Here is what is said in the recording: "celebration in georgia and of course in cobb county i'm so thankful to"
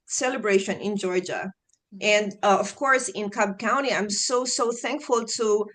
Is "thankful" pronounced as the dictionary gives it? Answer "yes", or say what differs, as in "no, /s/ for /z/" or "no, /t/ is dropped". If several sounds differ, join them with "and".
yes